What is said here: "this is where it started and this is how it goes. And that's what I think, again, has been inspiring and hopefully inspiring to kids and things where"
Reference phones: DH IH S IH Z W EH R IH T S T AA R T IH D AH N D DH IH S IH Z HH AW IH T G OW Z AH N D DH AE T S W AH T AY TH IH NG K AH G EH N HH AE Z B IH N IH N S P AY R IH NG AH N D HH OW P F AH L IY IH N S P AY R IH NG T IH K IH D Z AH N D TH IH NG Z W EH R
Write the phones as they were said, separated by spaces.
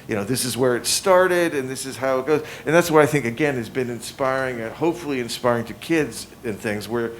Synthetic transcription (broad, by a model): DH IH S IH Z W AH R IH T S T AA R T IH D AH N DH IH S IH Z HH AW IH T G OW Z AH N DH AE T S W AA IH AY TH IH NG K AH G EH N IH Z B IH N IH N S P AY R IH NG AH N HH OW P F L IY IH N S P AY R IH NG T IH K IH D Z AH N TH IH NG Z W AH R